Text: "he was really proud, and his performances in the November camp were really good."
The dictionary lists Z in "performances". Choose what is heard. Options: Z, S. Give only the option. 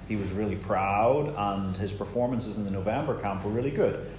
Z